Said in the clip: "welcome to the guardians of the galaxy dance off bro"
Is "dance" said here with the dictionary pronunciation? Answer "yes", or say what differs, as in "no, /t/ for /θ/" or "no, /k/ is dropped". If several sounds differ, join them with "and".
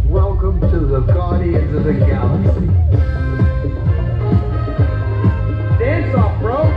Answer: no, /n/ is dropped